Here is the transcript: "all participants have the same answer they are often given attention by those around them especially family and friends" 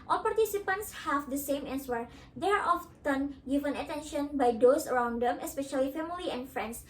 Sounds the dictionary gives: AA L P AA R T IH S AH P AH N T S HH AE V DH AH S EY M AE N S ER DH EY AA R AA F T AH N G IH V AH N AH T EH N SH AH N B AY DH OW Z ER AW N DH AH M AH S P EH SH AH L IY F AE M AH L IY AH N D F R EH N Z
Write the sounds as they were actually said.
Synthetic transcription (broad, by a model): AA L P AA R T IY S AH P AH N T S HH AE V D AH S EY M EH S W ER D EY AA R AA F T AH N G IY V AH N AH T EH N SH AH N B AY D OW S ER AW N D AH M AH S P EH SH AH L IY F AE M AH L IY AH N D F R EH N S